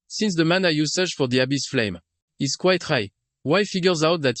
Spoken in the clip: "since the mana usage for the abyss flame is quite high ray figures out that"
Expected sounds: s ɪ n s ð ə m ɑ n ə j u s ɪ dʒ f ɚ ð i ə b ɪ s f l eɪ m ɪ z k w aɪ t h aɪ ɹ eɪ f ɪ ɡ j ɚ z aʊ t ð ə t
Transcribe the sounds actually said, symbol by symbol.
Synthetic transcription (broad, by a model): s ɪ n s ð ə m ɑ n ə j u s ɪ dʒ f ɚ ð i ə b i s f l eɪ m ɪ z k w aɪ t h aɪ w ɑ f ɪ ɡ j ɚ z aʊ t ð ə t